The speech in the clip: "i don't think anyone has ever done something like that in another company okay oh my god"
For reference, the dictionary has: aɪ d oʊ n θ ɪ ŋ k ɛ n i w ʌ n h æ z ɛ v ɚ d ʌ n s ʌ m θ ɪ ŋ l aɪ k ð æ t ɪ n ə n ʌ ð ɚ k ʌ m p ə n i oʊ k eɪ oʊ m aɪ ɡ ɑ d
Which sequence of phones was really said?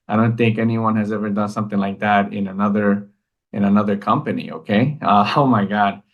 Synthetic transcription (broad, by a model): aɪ d oʊ n θ ɪ ŋ k ɛ n i w ʌ n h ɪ z ɛ v ɚ d ʌ n s ʌ m θ ɪ ŋ l aɪ k ð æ t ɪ n ə n ʌ ð ɚ k ʌ m p ə n i oʊ k eɪ oʊ m aɪ ɡ ɑ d